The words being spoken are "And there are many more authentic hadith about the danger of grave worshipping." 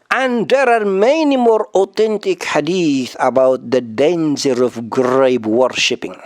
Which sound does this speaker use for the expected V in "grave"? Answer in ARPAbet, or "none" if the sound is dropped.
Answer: B